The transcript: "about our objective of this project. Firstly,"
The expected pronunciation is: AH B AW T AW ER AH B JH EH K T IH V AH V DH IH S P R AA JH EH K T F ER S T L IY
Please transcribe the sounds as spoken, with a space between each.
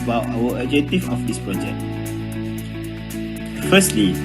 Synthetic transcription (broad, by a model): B AW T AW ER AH JH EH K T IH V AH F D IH S P R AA JH EH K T F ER S T L IY